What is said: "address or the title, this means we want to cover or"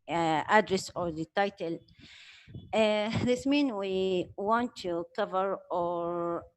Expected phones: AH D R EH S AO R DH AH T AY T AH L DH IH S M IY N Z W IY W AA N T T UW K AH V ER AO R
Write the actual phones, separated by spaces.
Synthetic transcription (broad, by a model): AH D R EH S AO R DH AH T AY T AH L DH IH S M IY N W IY W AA N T T UW K AH V ER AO R